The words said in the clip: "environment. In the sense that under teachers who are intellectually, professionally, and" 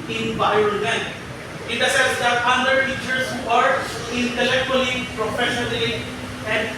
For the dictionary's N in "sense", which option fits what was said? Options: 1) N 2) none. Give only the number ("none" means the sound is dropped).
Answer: 2